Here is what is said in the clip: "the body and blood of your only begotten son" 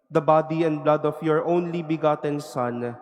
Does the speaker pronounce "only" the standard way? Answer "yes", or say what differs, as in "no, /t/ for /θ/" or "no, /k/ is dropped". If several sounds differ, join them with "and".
yes